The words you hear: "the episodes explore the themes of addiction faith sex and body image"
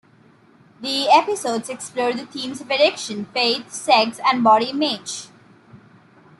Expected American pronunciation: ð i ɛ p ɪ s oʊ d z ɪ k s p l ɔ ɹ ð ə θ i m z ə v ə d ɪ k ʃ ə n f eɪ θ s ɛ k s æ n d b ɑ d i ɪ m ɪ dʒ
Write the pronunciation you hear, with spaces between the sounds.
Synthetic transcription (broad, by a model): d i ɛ p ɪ s oʊ d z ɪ k s p l ɔ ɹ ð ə t i m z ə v ə d ɪ k ʃ ə n f eɪ t s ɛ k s æ n d b ɑ d i ɪ m ɪ dʒ